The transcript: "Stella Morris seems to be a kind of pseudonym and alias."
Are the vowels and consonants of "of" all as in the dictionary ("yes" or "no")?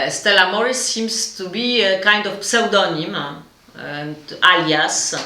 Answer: no